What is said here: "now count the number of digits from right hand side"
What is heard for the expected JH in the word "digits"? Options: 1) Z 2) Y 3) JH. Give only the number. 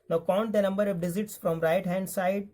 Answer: 1